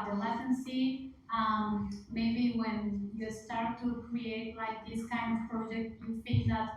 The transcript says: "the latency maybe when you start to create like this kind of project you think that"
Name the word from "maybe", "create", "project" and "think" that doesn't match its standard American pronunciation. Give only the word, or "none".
think